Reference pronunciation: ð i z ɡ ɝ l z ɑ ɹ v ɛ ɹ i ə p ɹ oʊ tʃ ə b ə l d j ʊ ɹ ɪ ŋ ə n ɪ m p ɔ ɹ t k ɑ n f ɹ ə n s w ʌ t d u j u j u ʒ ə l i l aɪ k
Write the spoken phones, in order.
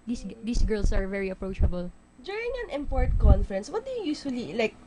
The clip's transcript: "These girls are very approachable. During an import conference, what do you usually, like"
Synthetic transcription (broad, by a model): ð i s ɡ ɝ l s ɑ ɹ v ɛ ɹ i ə p ɹ oʊ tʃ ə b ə l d j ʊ ɹ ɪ ŋ ə n ɪ m p ɔ ɹ t k ɑ n f ɹ ə n s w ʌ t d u j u j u ʃ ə l i l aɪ k